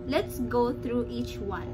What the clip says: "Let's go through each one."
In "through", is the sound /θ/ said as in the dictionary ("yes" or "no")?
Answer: no